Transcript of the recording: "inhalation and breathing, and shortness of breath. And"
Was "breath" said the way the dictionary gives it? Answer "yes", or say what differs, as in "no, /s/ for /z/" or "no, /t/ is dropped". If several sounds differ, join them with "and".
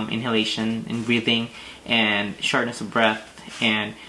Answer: yes